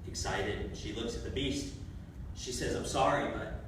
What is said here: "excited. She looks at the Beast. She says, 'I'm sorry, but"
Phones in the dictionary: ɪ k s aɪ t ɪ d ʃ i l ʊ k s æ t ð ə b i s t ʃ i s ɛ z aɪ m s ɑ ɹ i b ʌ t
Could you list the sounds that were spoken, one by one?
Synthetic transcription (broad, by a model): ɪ k s aɪ t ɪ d ʃ i l ʊ k s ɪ t ð ə b i s t ʃ i s ɛ z aɪ m s ɑ ɹ i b ʌ t